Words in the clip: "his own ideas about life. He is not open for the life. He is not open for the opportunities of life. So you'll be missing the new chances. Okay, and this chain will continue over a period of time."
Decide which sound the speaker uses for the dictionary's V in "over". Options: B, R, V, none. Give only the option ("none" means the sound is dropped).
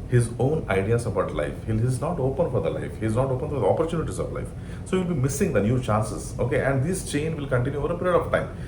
V